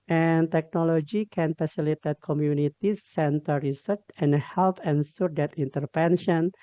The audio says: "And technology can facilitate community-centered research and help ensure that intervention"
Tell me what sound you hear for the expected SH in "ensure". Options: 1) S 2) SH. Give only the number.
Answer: 1